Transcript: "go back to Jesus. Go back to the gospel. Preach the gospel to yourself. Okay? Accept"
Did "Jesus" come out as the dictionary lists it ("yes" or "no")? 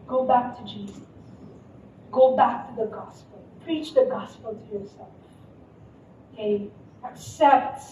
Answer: yes